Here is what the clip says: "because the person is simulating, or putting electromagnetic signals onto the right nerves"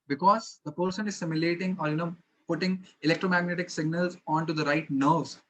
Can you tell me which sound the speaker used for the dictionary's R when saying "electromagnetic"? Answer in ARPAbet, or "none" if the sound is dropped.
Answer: R